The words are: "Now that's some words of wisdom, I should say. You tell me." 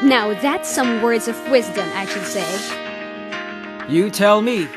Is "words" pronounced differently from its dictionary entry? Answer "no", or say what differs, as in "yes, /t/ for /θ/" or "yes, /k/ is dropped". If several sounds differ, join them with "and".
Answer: no